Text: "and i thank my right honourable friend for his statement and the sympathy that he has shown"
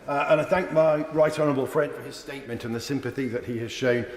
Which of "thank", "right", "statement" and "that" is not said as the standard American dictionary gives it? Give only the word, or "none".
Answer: none